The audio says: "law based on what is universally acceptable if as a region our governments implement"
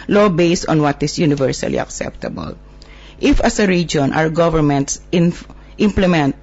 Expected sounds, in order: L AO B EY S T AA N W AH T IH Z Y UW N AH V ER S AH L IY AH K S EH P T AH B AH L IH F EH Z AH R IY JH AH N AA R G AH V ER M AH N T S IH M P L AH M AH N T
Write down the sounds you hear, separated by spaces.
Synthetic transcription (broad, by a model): L AO B EY S T AA N W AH T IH S Y UW N AH V ER S AH L IY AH K S EH P T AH B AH L IH F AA S AH R IY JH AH N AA W G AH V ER M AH N T S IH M P L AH M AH N T